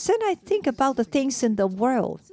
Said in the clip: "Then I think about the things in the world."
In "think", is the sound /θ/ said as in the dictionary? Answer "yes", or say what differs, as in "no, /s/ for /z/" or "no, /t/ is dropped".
yes